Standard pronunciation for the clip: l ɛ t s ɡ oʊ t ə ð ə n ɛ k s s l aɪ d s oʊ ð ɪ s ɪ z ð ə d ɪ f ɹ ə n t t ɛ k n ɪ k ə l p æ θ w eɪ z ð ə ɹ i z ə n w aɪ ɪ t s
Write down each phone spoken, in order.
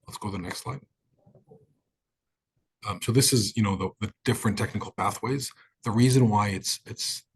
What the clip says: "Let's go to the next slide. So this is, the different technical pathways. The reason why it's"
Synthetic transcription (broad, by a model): l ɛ t s ɡ oʊ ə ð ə n ɛ k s s l aɪ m s oʊ ð ɪ s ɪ z ð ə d ɪ f ɹ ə n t t ɛ k n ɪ k l p æ θ w eɪ z ð ə ɹ i z ə n w aɪ ɪ t s